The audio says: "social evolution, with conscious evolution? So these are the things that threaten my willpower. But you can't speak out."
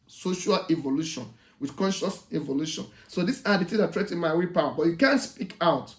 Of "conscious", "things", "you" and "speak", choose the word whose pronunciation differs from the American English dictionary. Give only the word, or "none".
things